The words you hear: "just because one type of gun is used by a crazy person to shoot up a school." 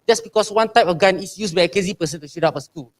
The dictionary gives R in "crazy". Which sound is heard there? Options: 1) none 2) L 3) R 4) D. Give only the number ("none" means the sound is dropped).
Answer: 1